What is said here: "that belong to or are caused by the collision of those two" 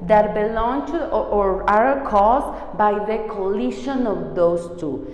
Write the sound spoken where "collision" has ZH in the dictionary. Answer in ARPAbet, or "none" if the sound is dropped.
SH